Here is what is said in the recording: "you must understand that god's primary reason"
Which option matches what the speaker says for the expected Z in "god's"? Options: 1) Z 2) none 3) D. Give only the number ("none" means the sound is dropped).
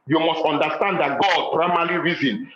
2